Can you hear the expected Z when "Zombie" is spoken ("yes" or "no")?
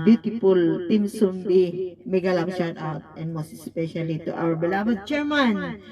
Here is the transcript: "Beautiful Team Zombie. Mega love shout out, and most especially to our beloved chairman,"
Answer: no